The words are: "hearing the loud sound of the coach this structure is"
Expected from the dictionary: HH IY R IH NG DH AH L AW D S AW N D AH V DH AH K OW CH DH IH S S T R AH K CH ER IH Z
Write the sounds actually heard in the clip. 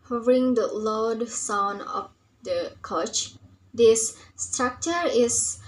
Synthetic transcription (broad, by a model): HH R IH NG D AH L AW D S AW N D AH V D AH K OW CH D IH S S T R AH K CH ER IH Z